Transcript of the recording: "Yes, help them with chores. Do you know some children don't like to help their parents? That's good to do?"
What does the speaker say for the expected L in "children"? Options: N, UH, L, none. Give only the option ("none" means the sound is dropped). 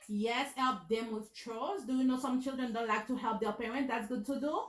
L